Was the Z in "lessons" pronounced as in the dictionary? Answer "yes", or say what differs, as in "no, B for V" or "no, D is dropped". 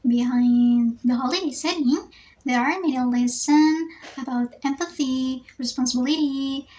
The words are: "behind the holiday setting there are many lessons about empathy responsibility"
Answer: no, Z is dropped